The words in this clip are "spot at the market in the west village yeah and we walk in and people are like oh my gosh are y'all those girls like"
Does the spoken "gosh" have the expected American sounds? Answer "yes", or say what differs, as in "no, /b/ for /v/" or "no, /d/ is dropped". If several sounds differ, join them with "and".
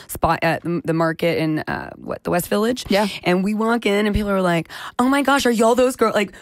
yes